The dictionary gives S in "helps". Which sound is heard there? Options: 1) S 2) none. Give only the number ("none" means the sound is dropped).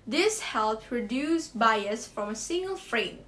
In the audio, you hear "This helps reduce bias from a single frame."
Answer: 2